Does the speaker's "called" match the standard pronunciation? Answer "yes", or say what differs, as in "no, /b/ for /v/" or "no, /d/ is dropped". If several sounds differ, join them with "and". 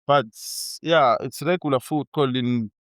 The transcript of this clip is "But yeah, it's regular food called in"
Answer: no, /d/ is dropped